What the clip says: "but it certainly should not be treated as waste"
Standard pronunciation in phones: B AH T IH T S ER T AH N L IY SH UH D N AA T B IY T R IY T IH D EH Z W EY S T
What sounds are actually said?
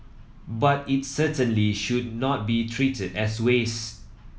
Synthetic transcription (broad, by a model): B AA T IH T S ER T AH N L IY SH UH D N AA T B IY T R IY T IH D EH S W EY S